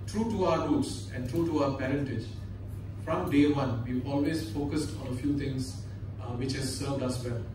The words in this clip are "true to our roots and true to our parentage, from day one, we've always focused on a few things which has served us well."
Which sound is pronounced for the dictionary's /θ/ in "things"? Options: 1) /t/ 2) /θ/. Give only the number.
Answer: 1